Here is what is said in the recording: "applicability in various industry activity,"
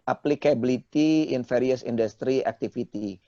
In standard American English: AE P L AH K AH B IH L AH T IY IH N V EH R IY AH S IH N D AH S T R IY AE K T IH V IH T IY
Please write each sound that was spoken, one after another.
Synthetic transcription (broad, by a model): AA P L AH K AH B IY L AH T IY IH N F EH R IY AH S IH N D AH S T R IY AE K T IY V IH T IY